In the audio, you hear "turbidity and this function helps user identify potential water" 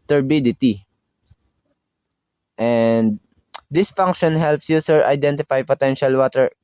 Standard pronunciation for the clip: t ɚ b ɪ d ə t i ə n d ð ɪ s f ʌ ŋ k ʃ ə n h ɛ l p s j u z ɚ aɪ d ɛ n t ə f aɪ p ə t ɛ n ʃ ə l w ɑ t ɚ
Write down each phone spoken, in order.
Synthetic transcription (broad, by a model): t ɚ b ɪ d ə t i ə n d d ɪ s f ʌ ŋ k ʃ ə n h ɛ l p s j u s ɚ aɪ d ɛ n t ə f aɪ p ə t ɛ n ʃ ə l w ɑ t ɚ